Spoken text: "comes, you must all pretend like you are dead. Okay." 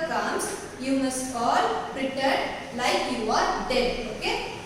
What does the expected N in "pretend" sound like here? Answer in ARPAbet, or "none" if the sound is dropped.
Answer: none